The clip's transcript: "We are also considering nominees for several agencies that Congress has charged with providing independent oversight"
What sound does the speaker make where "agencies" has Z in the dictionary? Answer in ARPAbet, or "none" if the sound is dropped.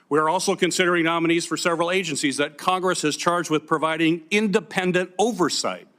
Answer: Z